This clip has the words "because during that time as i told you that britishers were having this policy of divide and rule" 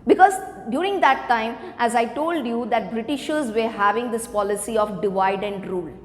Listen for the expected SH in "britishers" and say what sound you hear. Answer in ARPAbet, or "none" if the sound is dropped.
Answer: SH